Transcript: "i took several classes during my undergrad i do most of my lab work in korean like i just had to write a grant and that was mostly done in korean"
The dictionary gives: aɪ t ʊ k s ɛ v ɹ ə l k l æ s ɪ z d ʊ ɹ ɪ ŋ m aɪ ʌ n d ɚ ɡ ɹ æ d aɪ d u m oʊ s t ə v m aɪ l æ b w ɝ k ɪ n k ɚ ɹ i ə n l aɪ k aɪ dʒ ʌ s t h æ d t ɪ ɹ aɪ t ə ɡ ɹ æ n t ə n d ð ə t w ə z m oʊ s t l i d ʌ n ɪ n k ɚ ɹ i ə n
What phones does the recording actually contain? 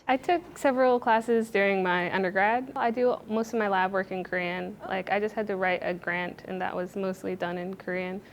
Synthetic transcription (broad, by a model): aɪ t ʊ k s ɛ v ɹ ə l k l æ s ɪ z d ʊ ɹ ɪ ŋ m aɪ ʌ n d ɚ ɡ ɹ æ d aɪ d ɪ m oʊ s t ə v m aɪ l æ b w ɝ k ɪ n k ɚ ɹ i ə n l aɪ k aɪ dʒ ʌ s t h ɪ d t ɪ ɹ aɪ t ə ɡ ɹ æ n t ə n ð ə t w ə z m oʊ s t l i d ʌ n ɪ n k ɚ ɹ i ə n